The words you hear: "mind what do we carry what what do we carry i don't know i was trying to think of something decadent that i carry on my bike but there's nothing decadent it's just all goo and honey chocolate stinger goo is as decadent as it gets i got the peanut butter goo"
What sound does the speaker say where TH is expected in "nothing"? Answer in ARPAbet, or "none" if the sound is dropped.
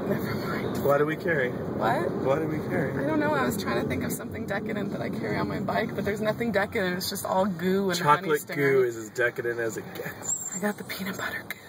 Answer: TH